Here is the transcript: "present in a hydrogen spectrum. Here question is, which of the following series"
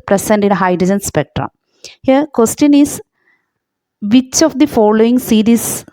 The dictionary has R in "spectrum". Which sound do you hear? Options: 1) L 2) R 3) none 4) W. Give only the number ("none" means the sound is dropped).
2